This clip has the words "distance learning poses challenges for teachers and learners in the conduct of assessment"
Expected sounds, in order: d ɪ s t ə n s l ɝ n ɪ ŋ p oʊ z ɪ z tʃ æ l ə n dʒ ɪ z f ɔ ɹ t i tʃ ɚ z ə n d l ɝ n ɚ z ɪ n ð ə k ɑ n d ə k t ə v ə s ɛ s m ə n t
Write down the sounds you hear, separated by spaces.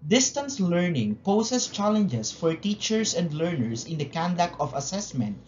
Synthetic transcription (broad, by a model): d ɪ s t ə n s l ɝ n ɪ ŋ p oʊ s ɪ s tʃ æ l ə n dʒ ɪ s f ɔ ɹ t i tʃ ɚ s ə n d l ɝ n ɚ s ɪ n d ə k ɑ n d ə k ə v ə s ɛ s m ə n t